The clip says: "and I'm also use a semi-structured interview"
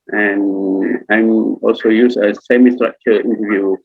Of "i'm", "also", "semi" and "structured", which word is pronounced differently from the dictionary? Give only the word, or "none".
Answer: structured